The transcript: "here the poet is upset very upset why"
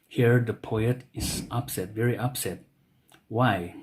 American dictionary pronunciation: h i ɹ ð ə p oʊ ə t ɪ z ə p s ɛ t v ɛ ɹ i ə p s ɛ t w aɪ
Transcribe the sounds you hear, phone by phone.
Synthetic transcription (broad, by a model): h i ɹ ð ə p oʊ ə t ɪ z ə p s ɛ t v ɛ ɹ i ə p s ɛ t w aɪ